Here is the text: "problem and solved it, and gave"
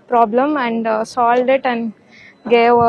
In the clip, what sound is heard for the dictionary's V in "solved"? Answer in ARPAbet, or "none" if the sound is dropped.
none